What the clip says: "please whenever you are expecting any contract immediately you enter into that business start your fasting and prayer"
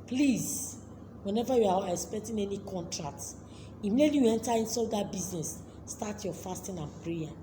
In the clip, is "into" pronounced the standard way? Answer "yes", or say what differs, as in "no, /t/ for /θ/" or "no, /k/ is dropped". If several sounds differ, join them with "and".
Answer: no, /s/ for /t/